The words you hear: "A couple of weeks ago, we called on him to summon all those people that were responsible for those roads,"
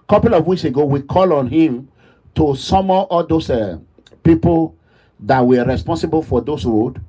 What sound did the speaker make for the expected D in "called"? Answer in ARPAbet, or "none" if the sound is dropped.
none